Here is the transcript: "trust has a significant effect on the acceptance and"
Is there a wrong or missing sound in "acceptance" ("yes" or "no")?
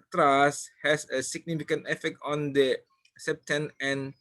yes